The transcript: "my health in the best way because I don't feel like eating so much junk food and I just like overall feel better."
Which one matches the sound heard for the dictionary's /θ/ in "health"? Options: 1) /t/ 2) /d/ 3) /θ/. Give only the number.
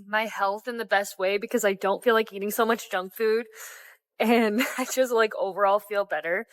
3